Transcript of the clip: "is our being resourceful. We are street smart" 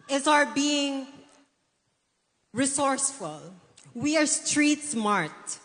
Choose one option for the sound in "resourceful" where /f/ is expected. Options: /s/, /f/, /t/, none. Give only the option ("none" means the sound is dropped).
/f/